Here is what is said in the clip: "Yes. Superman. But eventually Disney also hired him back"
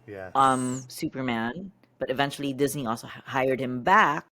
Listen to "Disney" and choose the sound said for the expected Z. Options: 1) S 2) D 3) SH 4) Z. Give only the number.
4